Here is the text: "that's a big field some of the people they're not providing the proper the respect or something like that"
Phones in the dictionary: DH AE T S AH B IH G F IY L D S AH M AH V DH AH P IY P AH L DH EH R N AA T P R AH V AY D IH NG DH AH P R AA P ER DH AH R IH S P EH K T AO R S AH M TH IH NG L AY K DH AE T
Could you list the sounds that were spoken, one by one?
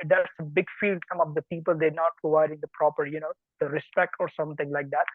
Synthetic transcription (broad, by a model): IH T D AH B IH G F IY L D S AH M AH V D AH P IY P AH L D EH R N AA T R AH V AY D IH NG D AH P R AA P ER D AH R IH S P EH K T AO R S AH M T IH NG L AY K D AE T